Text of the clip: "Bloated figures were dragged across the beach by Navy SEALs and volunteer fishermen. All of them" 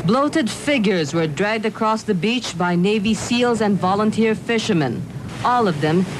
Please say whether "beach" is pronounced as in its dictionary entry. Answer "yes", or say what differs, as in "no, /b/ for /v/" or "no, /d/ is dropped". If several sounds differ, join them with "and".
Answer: yes